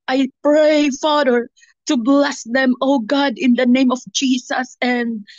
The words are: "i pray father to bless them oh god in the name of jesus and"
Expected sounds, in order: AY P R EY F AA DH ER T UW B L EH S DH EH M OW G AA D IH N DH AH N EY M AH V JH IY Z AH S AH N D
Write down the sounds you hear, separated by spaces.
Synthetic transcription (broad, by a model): AY P R EY F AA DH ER T UW B L EH S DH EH M OW G AA D IH N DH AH N EY M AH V JH IY S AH S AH N D